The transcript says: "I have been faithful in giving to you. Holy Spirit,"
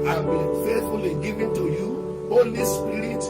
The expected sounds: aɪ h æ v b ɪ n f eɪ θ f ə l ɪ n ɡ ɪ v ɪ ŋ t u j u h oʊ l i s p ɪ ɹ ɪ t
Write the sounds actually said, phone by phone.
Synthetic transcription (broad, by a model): aɪ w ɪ l f eɪ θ f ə l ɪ ɡ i v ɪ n t u j u h oʊ l i s p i ɹ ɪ t